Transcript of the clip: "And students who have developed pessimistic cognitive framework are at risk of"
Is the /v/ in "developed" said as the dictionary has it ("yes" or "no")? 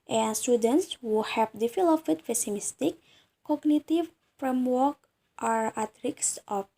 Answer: no